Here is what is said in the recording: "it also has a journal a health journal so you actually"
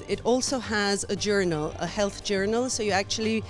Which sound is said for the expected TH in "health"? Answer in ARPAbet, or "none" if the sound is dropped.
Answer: TH